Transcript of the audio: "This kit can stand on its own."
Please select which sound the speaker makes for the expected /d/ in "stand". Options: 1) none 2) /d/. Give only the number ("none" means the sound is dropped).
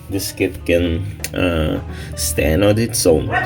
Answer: 1